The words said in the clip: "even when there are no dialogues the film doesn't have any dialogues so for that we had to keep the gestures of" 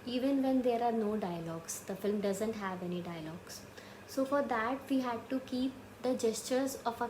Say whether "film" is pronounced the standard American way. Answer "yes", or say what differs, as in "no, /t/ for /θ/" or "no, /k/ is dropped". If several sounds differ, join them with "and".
yes